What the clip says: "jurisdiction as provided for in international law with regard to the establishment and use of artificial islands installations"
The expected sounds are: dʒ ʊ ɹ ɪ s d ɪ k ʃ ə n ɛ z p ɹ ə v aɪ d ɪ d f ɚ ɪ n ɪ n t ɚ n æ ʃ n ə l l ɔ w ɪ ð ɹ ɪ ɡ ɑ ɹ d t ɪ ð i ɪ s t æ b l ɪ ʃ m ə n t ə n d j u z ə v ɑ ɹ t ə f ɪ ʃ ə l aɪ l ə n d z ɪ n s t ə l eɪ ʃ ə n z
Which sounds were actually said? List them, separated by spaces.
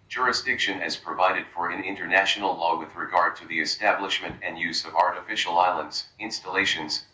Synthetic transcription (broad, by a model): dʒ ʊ ɹ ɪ s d ɪ k ʃ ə n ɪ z p ɹ ə v aɪ d ɪ d f ɚ ɪ n ɪ n t ɚ n æ ʃ n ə l l ɔ w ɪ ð ɹ ɪ ɡ ɑ ɹ d t ɪ ð i ɪ s t æ b l ɪ ʃ m ə n t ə n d j u z ə v ɑ ɹ t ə f ɪ ʃ l aɪ l ə n d z ɪ n s t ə l eɪ ʃ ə n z